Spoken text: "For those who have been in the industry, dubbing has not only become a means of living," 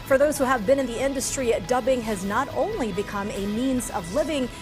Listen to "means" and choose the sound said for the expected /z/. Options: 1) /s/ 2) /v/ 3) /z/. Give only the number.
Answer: 3